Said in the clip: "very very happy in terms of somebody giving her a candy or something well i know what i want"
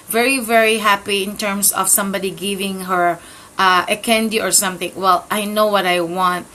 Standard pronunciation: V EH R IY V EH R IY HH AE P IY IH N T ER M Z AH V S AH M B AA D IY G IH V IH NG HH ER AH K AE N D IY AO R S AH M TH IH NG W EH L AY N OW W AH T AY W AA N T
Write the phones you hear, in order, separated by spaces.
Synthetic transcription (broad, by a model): V EH R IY V EH R IY HH AE P IY IH N T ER M S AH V S AH M B AA D IY G IH V IH NG HH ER AH K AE N D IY AO R S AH M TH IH NG W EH L AY N OW W AH T AY W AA N T